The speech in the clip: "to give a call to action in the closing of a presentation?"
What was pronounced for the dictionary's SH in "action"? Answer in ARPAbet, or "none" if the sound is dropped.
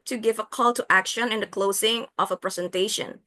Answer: SH